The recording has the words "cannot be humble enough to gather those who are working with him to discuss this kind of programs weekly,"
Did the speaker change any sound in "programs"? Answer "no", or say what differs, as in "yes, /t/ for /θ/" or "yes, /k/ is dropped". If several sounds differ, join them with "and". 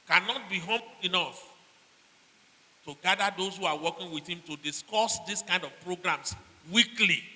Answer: yes, /s/ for /z/